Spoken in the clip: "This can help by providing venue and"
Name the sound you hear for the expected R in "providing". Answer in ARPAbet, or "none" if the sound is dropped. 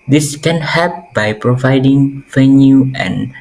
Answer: R